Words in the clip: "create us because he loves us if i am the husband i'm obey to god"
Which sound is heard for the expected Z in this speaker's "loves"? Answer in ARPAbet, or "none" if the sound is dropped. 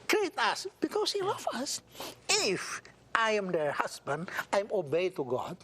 none